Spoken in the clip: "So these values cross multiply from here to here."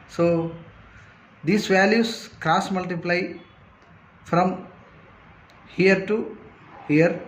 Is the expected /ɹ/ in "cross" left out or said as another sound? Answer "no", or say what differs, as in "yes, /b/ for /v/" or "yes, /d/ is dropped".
no